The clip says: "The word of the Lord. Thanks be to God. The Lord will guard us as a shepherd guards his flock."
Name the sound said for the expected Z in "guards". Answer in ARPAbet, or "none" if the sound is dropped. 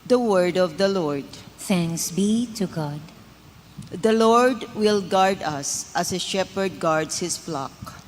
S